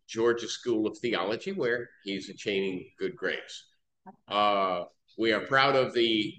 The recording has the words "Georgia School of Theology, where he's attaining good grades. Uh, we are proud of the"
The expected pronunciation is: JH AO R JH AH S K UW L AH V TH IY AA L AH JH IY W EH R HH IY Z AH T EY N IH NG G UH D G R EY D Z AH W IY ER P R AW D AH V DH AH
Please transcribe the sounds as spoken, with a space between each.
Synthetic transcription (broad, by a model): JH AO R JH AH S K UW L AH V TH IY AA L AH JH IY W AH R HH IY Z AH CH EY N IH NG G UH D G R EY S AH W IY ER P R AW D AH V DH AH